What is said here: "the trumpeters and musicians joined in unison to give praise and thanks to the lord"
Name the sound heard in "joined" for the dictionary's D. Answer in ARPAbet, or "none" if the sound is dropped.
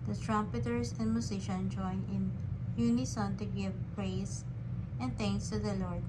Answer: none